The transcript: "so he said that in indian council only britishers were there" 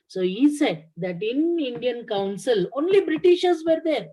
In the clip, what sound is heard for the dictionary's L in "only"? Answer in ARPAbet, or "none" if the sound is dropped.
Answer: L